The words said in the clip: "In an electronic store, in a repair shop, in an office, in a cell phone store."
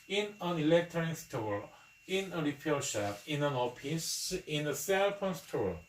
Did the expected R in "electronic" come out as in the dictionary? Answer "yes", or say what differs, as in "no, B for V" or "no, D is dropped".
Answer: no, R is dropped